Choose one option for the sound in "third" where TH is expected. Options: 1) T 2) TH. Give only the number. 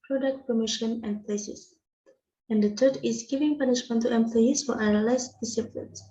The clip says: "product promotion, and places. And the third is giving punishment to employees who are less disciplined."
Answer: 1